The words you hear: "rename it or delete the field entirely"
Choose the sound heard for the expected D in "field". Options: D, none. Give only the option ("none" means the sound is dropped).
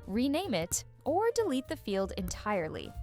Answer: D